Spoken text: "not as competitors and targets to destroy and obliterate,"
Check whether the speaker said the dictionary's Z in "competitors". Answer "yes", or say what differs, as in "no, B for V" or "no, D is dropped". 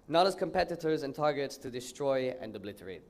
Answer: yes